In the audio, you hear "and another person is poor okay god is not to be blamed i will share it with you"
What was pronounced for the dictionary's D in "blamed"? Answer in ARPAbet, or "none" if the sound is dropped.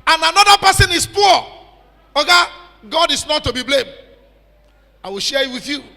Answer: D